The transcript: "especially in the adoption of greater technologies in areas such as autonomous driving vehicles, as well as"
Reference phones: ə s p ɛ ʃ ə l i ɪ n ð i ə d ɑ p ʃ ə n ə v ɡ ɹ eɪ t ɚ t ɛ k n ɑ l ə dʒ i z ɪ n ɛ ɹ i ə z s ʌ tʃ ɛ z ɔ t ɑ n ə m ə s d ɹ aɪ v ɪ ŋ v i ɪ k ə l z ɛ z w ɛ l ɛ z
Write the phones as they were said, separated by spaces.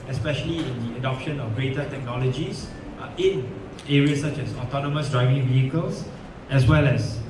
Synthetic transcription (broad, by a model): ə s p ɛ ʃ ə l i ɪ n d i ə d ɑ p ʃ ə n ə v ɡ ɹ eɪ t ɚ t ɛ k n ɑ l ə dʒ i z ɪ n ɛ ɹ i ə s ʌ tʃ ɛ s ɔ t ɑ n ə m ə s d ɹ aɪ v ɪ ŋ v i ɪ k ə l s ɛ s w ɛ l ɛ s